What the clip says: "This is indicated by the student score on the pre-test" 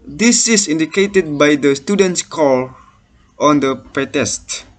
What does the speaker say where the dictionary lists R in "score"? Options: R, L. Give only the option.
L